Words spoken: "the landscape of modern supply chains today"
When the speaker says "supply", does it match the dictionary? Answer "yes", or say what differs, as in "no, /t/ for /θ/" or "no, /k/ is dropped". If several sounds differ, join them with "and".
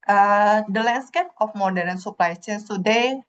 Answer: yes